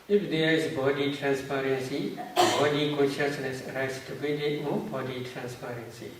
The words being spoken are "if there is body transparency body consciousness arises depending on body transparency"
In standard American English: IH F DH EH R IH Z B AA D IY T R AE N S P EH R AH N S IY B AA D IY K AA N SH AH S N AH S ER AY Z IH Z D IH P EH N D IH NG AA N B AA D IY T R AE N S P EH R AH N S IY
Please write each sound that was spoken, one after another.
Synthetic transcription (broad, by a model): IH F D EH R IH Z B AA D IY T R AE N S P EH R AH N S IY B AA D IY K AA N SH AH S N AH S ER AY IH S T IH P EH D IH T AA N B AA D IY T R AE N S P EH R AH N S IY